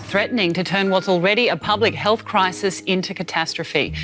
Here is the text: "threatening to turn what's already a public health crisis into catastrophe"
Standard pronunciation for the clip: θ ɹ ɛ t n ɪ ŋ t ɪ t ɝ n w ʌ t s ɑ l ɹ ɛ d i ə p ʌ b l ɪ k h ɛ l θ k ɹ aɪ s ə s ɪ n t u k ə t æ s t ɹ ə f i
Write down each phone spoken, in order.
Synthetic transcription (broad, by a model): θ ɹ ɛ t n ɪ ŋ t ɪ t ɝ n w ʌ t s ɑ l ɹ ɛ d i ə p ʌ b l ɪ k h ɛ l θ k ɹ aɪ s ə s ɪ n t u k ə t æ s t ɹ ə f i